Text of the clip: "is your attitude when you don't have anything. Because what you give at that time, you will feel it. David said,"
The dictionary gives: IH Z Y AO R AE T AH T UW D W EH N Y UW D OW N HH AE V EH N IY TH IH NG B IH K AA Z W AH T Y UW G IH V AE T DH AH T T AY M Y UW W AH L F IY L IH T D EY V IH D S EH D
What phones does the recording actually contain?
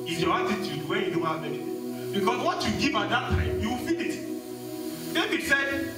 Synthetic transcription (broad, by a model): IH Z Y AO R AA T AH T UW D W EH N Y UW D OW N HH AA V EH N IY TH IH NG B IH K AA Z W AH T Y UW G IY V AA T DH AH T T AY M Y UW W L F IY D IH T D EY B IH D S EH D